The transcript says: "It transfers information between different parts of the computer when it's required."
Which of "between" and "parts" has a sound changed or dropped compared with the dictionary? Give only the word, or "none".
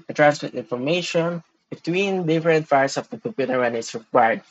parts